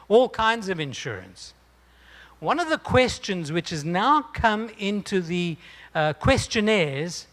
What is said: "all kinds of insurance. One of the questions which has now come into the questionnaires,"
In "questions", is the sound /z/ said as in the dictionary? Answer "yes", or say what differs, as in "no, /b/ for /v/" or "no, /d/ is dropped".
yes